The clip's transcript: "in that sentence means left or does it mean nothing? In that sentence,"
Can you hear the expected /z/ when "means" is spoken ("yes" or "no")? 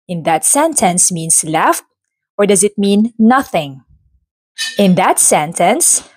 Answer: no